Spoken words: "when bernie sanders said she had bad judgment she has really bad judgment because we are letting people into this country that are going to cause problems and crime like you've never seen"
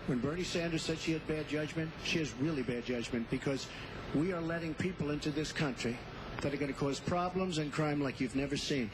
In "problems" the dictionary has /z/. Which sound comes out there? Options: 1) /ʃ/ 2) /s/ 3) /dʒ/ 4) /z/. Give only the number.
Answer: 4